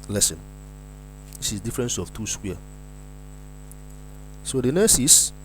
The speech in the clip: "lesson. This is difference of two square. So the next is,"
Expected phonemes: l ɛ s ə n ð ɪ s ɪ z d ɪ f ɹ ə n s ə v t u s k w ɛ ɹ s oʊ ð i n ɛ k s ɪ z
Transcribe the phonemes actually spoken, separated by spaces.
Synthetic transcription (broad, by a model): l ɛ s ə n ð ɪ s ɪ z d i f ɹ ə n s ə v t u s k w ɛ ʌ s oʊ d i n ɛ s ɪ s